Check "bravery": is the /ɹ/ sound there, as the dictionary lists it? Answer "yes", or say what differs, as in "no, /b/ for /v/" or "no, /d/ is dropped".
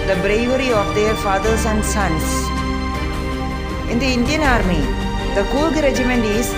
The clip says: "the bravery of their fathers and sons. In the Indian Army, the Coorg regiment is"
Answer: yes